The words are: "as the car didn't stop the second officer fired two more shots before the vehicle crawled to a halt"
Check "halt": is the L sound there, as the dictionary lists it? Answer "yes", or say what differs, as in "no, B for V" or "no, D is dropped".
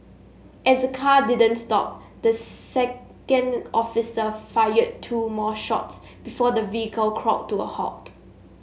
no, L is dropped